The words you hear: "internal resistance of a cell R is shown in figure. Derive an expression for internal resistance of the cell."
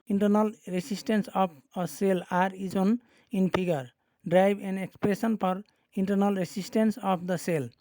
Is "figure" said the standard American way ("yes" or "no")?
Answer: no